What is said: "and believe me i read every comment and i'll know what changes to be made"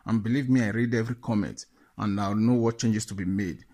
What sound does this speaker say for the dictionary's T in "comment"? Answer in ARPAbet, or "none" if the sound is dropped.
T